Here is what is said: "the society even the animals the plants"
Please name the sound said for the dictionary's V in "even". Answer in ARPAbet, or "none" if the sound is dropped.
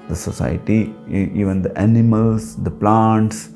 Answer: V